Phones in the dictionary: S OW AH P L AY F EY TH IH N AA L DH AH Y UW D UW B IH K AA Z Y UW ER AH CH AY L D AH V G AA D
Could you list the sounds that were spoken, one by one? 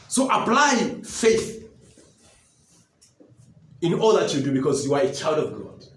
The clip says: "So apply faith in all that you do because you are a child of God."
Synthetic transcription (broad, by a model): S OW AH P L AY F EY TH IH N AA L DH AH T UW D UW B IH K AA Z Y UW ER AH CH AY L D AH V G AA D